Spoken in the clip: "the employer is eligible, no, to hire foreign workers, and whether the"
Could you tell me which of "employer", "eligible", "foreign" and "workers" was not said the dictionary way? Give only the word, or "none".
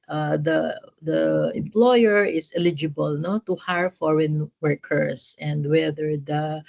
workers